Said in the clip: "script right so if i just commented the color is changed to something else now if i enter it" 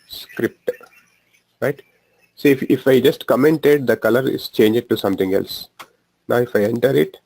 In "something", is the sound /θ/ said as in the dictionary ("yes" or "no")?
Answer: no